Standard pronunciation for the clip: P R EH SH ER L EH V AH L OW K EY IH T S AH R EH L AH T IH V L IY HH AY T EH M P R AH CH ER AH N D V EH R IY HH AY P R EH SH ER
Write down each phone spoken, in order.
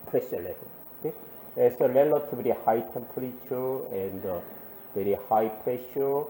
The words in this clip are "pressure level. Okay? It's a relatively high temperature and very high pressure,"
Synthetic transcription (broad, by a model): P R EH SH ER L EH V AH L OW K EY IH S AH L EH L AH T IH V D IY HH AY T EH M P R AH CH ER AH N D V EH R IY HH AY P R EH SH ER